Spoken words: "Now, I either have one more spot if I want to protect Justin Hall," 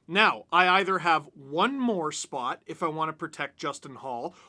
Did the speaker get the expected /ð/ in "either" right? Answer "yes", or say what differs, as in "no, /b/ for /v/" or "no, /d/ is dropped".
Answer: yes